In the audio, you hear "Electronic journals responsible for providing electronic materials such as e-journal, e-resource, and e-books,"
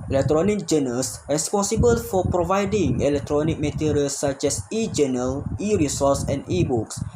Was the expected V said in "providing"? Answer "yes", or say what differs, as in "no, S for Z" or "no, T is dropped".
yes